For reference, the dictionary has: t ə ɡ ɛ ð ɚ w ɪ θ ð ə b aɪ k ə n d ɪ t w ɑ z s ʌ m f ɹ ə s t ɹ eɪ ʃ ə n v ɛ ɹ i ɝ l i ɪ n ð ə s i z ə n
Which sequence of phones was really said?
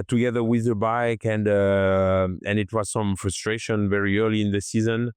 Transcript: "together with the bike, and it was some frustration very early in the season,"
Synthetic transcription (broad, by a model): t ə ɡ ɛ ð ɚ w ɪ ð ə b aɪ k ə n d ɪ t w ɑ z s ʌ m f ɹ ə s t ɹ eɪ ʃ ə n v ɛ ɹ i ɝ l i ɪ n ð ə s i z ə n